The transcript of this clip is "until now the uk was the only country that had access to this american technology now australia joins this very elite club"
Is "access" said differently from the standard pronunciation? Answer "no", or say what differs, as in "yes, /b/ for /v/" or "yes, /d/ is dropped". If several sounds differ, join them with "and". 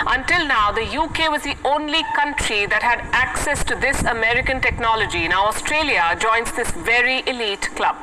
no